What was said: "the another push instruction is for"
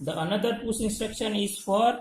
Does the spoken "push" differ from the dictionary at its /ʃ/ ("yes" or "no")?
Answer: yes